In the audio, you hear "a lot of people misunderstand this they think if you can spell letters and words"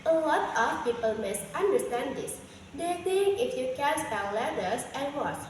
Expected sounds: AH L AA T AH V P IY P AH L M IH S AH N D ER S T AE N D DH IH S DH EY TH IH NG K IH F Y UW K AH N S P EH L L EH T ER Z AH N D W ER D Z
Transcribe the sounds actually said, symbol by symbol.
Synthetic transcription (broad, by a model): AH L AA T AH F P IY P AH L M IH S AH N D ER S T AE N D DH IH S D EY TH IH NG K IH F Y UW K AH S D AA N L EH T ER S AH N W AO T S